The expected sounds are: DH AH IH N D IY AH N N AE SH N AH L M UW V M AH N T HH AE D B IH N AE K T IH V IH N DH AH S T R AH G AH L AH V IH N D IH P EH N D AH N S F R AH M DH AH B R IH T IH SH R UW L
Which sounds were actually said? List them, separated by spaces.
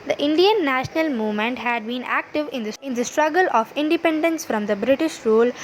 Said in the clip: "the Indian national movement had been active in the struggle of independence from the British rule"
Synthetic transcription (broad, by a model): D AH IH N D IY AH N N AE SH N AH L M UW V M AH N T HH AE D B IH N AE K T IH V IH N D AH S T R AH G AH L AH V IH N D IH P EH N D AH N S F R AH M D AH B R IH T IH SH R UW L